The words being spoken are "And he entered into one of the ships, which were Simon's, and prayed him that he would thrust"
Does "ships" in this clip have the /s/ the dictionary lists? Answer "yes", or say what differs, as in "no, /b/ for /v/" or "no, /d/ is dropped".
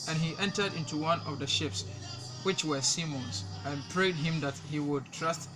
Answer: yes